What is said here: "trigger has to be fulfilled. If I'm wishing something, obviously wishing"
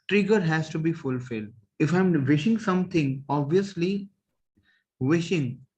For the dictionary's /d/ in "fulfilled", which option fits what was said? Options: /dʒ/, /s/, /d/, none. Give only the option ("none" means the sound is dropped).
/d/